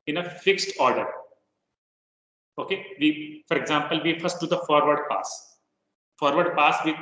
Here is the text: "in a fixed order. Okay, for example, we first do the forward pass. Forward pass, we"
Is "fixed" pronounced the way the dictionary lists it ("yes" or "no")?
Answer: yes